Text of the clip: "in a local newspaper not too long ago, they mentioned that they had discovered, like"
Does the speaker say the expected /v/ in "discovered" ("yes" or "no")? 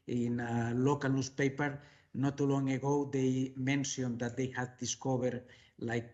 no